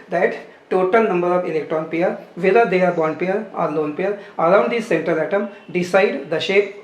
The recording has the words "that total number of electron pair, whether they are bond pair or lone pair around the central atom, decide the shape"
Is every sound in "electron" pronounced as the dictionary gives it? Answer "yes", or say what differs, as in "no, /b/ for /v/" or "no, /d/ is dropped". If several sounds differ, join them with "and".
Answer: yes